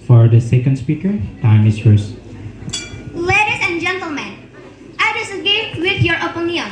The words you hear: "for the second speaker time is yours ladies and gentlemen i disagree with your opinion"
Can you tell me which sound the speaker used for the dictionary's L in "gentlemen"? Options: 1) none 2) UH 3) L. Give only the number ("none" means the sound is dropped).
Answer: 3